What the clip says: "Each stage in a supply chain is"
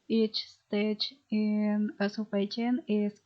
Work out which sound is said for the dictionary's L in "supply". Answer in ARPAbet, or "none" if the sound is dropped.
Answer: none